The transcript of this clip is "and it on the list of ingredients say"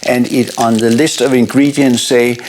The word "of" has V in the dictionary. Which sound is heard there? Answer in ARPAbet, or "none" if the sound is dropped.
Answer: V